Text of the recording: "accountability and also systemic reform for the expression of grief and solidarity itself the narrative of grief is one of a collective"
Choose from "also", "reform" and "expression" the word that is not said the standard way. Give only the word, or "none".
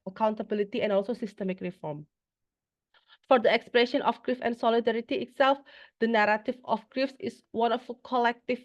none